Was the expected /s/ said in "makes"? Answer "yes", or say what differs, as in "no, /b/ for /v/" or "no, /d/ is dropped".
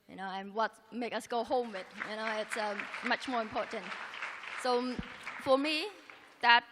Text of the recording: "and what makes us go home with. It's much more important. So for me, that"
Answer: no, /s/ is dropped